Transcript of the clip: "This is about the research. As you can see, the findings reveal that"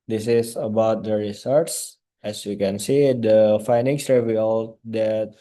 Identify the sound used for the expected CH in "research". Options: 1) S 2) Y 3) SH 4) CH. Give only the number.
1